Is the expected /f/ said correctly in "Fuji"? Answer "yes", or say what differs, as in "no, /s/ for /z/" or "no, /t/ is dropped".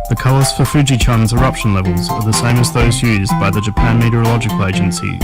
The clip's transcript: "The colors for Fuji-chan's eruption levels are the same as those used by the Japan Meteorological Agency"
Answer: yes